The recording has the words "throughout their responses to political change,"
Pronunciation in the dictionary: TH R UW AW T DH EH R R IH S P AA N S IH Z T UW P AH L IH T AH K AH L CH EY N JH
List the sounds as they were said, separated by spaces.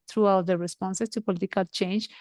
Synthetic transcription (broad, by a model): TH R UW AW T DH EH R R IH S P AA N S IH S T UW P AH L IH T AH K AH L CH EY N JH